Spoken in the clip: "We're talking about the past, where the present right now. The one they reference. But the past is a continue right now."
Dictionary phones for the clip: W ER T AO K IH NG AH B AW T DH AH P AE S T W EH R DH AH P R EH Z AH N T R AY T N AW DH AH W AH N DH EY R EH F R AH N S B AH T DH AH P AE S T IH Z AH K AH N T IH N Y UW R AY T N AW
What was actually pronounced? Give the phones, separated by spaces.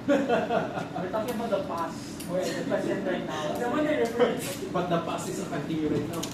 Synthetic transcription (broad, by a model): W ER T AO K IH NG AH B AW T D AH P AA S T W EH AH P EH S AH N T R AY T N AW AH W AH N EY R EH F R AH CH B AH T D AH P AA S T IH S AH K AH N T IH N Y UW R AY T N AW